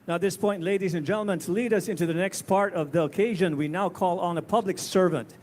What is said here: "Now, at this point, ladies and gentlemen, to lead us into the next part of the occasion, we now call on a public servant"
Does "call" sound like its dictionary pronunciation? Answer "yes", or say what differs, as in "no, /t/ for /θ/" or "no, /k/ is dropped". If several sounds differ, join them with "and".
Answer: yes